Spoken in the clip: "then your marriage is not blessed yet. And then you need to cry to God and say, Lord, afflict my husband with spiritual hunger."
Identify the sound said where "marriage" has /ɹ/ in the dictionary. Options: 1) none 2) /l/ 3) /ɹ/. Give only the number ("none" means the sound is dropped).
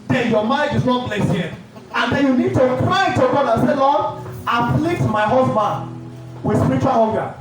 1